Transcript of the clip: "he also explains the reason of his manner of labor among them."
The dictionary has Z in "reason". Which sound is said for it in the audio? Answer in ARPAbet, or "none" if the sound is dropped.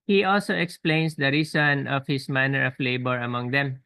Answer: S